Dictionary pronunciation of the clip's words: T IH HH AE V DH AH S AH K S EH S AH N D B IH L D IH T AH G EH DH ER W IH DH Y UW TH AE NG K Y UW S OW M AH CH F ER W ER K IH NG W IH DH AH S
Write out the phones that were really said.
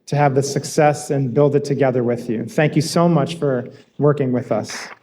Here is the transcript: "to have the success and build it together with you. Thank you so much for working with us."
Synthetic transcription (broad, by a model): T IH V DH AH S AH K S EH S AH N B IH L D IH T AH G EH DH ER W IH DH Y UW TH AE NG K Y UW S OW M AH CH F ER W ER K IH NG W IH DH AH S